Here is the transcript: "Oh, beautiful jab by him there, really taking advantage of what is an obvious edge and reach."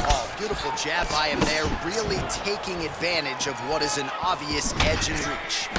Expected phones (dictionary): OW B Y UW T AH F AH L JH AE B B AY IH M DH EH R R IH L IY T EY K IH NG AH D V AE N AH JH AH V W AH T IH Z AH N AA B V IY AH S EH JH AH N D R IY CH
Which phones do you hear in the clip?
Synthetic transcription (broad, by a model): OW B Y UW T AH F L JH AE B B AY IH M DH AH R R IH L IY T EY K IH NG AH D V AE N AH JH AH V W AH T IH Z AH N AA V IY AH S EH JH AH N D R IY CH